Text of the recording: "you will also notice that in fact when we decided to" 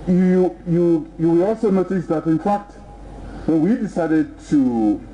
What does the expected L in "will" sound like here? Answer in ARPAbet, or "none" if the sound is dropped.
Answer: W